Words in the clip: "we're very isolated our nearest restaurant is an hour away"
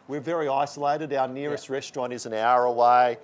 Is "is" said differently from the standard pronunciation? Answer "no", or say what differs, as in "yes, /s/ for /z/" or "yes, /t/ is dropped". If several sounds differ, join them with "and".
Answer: no